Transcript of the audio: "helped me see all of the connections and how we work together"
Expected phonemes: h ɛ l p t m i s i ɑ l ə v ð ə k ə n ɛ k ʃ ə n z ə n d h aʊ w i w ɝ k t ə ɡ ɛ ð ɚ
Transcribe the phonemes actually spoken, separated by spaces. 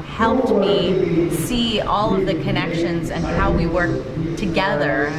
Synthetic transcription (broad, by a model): h ɛ l p t m i s i ɑ l ə v ð ə k ə n ɛ k ʃ ə n z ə n h aʊ w i w ɝ k t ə ɡ ɛ ð ɚ